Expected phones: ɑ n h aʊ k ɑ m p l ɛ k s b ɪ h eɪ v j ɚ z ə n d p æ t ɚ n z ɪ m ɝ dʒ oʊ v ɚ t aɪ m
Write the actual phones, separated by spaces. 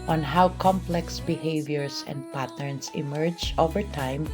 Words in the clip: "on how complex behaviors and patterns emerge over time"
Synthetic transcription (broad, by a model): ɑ n h aʊ k ɑ m p l ɛ k s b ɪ h eɪ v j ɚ s ə n d p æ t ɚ n s ɪ m ɝ dʒ oʊ v ɚ t aɪ m